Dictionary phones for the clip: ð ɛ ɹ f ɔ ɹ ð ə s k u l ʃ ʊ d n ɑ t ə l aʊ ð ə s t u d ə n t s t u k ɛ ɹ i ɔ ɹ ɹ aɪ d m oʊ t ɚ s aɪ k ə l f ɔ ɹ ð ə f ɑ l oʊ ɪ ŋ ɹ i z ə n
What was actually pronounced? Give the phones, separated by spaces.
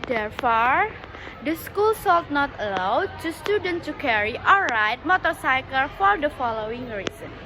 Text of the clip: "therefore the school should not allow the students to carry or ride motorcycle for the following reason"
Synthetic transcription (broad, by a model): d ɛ ɹ f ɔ ɹ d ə s k u l s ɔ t n ɑ t ə l aʊ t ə s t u d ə n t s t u k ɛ ɹ i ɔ l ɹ aɪ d m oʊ t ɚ s aɪ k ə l f ɔ ɹ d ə f ɑ l oʊ ɪ ŋ ɹ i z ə n